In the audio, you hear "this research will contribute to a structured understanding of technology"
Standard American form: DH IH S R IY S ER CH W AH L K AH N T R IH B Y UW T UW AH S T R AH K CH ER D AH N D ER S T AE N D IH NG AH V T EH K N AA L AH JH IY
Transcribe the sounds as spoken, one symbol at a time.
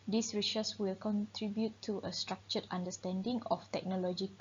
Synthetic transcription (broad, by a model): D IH S R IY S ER S W AH L K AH N T R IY B Y UW T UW AH S T R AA K CH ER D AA N D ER S T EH N D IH NG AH F T EH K N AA L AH JH IY